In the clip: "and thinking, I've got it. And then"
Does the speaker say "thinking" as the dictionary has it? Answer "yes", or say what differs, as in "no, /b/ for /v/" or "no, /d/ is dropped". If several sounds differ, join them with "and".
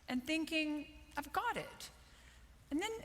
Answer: yes